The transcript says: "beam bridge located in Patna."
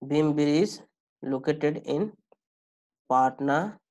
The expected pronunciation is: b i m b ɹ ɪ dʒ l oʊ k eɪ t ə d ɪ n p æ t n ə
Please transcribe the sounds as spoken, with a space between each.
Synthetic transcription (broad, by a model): b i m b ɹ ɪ z l oʊ k eɪ t ə d ɪ n p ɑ t n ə